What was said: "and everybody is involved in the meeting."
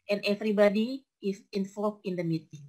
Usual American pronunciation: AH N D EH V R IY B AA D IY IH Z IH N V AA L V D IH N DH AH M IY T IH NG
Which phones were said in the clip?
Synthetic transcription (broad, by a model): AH N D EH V R IY B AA D IY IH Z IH N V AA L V IH N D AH M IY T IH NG